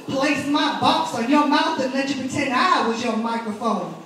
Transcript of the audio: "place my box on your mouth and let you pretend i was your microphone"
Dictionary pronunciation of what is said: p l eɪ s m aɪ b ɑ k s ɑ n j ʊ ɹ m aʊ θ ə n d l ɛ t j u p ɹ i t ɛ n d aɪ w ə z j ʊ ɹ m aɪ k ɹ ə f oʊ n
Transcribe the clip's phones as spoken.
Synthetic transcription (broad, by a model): p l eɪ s m aɪ b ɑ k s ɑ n j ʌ ɹ m aʊ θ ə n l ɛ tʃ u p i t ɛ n aɪ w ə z j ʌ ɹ m aɪ k ɹ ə f oʊ n